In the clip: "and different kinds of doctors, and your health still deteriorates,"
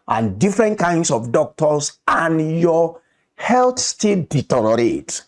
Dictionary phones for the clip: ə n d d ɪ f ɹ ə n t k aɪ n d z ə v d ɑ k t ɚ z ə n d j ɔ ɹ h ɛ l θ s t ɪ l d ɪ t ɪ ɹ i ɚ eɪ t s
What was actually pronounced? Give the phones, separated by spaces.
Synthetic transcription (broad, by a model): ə n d d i f ɹ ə n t k aɪ n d s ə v d ɑ k t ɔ s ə n j ɔ h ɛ l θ s t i l d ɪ t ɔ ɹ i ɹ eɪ t